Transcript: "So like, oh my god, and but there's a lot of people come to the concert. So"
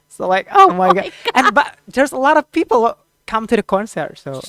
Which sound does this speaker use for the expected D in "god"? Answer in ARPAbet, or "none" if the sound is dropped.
none